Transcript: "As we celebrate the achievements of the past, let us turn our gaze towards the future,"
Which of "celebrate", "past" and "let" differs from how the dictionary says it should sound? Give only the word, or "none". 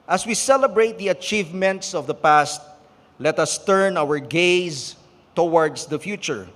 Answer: none